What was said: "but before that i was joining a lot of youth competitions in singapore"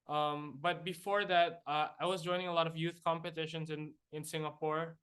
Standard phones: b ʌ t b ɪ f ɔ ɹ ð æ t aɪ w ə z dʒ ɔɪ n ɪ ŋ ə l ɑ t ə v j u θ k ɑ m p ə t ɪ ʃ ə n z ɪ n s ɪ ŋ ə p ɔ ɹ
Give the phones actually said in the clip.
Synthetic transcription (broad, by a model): b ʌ t b ɪ f ɔ ɹ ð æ t aɪ w ə z dʒ ɔɪ n ɪ ŋ ə l ɑ t ə v j u θ k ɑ m p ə t ɪ ʃ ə n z ɪ n s ɪ ŋ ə p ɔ ɹ